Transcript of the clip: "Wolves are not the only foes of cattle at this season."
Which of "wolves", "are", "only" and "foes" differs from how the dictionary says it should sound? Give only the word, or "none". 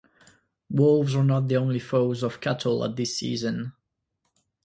none